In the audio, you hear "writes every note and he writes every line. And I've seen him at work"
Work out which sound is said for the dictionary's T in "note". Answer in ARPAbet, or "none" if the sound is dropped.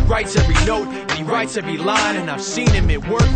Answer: T